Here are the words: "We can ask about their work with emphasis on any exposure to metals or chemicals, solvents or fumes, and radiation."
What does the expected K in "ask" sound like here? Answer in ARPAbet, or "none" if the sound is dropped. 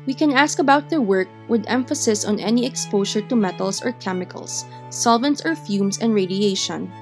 K